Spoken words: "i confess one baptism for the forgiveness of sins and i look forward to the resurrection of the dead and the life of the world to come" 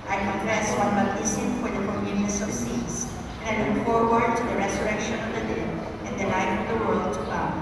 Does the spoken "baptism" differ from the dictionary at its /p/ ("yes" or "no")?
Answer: yes